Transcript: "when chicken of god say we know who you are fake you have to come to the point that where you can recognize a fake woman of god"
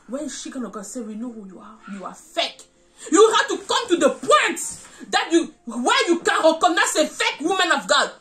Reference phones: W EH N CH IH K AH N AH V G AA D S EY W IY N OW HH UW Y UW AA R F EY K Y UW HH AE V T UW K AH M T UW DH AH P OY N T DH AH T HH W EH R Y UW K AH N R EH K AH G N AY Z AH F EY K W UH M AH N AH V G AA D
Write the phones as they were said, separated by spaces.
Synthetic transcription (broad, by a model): W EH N SH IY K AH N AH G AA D S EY W IY N OW HH UW Y UW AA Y F EY K Y UW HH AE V T UW K AH M T UW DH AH P OY N T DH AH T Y W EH Y UW K AH N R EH K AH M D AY S AH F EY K W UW M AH N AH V G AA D